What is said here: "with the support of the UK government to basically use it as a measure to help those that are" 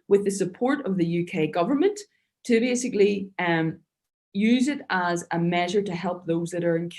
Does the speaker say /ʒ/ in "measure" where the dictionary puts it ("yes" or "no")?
yes